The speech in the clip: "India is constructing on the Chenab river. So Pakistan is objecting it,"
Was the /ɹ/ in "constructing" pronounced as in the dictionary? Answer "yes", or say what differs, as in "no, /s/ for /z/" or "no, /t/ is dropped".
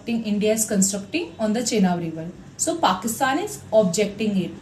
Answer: yes